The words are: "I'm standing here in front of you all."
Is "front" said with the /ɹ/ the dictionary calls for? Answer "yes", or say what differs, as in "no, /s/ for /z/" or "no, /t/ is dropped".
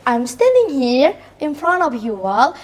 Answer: yes